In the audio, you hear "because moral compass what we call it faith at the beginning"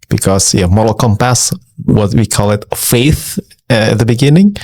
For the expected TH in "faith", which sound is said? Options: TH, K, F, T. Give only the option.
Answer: TH